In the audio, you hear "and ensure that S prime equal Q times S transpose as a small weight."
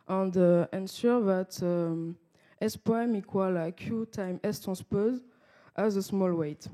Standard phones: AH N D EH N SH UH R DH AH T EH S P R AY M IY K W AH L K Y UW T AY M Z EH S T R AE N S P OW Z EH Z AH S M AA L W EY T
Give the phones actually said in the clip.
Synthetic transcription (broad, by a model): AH N D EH N S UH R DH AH T EH S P AY M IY K W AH L K Y UW T AY M EH S T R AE S P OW Z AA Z AH S M AA L W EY T